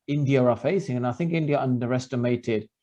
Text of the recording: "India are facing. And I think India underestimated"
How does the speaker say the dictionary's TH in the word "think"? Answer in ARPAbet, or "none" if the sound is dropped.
TH